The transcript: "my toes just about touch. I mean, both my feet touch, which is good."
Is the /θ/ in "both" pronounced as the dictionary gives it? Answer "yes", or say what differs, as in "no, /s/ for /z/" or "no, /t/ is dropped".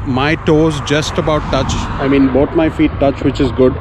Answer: no, /t/ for /θ/